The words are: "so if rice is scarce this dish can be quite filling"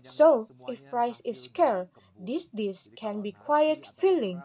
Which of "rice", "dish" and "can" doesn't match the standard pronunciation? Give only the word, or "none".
dish